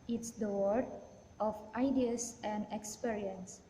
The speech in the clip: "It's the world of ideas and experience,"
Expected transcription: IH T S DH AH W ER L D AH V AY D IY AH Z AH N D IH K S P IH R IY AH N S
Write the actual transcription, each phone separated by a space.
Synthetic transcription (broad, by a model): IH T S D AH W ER D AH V AY D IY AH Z AH N D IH K S P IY R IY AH N S